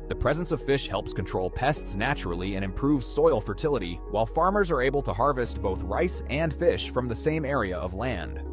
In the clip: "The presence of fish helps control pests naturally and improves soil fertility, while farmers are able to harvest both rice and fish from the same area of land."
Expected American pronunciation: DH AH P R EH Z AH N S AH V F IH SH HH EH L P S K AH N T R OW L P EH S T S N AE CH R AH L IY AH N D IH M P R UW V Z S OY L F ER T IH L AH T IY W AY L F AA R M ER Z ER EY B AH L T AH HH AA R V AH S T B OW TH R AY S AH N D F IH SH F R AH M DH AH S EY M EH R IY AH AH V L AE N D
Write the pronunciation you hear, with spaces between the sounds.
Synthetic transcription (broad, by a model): DH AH P R EH Z AH N S AH V F IH SH HH EH L P S K AH N T R OW L P EH S T S N AE CH R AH L IY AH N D IH M P R UW V Z S OY L F ER T IH L AH T IY W AY L F AA R M ER Z ER EY B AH L T AH HH AA R V AH S T B OW TH R AY S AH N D F IH SH F R AH M DH AH S EY M EH R IY AH AH V L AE N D